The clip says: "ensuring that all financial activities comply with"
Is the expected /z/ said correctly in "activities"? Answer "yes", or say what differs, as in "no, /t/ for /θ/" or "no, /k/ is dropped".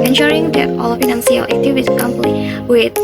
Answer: no, /z/ is dropped